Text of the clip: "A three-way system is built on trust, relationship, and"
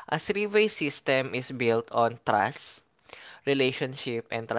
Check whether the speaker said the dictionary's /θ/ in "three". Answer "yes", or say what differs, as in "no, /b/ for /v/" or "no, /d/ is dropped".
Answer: no, /s/ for /θ/